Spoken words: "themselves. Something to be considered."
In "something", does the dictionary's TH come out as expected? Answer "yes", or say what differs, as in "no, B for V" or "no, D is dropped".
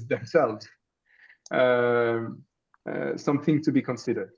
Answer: yes